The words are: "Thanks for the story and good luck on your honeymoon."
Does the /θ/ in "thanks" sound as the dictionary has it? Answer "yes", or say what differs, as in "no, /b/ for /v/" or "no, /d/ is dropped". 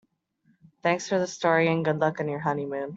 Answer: yes